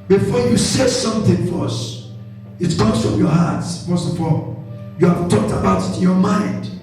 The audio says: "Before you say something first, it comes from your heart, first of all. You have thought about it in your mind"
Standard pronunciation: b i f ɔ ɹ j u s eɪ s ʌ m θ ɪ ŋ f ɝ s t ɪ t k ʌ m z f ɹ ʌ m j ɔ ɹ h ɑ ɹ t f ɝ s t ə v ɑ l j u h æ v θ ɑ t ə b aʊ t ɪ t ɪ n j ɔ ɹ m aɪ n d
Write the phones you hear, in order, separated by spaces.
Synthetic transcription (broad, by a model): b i f ɔ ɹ j u s eɪ s ʌ m θ ɪ ŋ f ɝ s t ɪ t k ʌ z f ɹ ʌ m j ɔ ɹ h ɑ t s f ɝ s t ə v ɑ l j u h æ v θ ɑ t ə b aʊ t ɪ t ɪ n j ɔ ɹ m aɪ n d